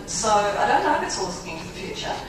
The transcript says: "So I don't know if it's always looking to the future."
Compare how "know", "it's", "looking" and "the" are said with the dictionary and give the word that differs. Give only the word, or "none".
looking